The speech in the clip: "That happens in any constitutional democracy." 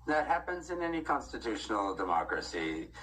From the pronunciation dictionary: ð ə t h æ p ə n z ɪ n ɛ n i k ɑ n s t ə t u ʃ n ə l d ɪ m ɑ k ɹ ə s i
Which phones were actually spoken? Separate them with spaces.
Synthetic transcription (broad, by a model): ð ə t h æ p ə n z ɪ n ɛ n i k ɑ n s t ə t u ʃ n l d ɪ m ɑ k ɹ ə s i